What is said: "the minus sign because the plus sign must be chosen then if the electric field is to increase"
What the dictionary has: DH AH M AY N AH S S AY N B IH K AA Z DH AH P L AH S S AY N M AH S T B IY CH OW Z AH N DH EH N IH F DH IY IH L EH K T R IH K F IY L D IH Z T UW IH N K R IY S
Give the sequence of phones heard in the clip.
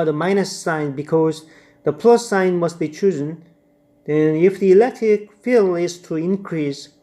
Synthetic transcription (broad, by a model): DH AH M AY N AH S S AY N B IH K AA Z DH AH P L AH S S AY N M AH S T B IY CH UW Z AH N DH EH N IH F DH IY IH L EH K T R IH K F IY L IH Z T UW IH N K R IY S